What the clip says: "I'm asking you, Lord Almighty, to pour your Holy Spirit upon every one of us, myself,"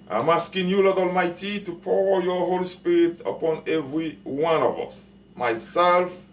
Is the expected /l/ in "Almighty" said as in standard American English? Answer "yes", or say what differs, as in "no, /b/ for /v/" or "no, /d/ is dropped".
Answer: yes